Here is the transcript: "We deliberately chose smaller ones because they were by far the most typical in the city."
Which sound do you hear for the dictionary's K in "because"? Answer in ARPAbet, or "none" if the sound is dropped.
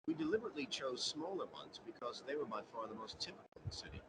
K